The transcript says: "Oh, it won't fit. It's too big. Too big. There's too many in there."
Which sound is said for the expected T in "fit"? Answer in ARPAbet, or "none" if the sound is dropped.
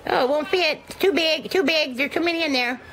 none